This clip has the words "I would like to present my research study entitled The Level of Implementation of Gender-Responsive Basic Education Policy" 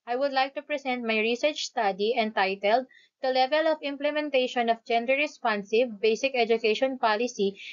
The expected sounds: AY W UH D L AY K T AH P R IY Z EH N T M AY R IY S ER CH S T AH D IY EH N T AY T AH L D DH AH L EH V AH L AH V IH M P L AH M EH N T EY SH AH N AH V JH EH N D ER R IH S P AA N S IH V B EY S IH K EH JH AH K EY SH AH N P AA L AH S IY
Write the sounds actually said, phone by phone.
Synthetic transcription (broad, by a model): AY W UH D L AY K T AH P R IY S EH N T M AY R IY S ER CH S T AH D IY EH N T AY T AH L D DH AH L EH V AH L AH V IH M P L AH M EH N T EY SH AH N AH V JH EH N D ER R IH S P AA N S IH V B EY S IH K EH JH AH K EY SH AH N P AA L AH S IY